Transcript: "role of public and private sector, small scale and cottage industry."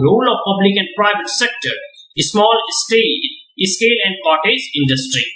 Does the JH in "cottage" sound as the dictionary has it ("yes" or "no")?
no